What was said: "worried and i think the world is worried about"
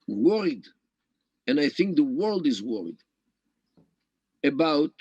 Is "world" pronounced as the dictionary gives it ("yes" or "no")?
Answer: yes